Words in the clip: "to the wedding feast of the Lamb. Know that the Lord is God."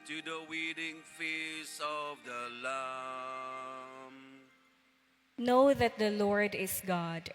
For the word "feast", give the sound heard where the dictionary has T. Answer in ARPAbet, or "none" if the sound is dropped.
none